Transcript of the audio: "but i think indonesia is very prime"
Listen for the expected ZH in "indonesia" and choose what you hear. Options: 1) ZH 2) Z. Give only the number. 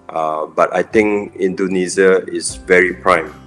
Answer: 2